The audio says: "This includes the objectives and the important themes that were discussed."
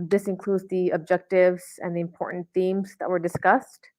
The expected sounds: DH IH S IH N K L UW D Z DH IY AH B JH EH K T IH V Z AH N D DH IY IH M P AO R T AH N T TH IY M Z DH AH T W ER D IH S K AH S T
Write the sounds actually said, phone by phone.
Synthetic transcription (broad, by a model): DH IH S IH N K L UW D Z DH IY AH B JH EH K T IH V Z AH N DH IY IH M P AO R T N TH IY M Z DH AH T W ER D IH S K AH S T